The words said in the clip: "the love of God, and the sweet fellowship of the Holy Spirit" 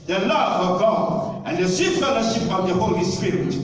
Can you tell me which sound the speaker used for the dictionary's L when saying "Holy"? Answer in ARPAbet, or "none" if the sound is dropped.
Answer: L